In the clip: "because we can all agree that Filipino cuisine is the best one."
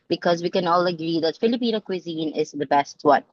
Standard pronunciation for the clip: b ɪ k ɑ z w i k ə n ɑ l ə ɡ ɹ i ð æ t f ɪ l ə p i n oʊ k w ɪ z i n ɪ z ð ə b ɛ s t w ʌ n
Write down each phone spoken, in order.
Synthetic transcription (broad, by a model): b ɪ k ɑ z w i k ə n ɑ l ə ɡ ɹ i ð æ t f ɪ l ə p i n oʊ k w ɪ z i n ɪ z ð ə b ɛ s t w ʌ n